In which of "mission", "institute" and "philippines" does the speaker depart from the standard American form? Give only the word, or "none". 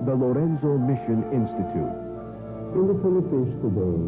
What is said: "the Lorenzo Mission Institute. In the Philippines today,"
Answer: philippines